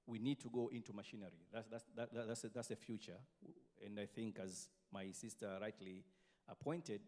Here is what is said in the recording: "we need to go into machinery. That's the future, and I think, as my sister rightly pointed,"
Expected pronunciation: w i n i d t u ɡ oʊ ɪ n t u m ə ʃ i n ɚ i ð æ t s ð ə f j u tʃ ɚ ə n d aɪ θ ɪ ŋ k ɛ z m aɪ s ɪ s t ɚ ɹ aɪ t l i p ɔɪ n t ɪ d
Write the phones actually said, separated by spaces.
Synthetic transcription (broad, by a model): w i n i d t u ɡ oʊ ɪ n t u m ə ʃ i n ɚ i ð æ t s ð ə f j u tʃ ɚ ə n d aɪ θ ɪ ŋ k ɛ z m aɪ s ɪ s t ɚ ɹ aɪ t l i p ɔɪ n t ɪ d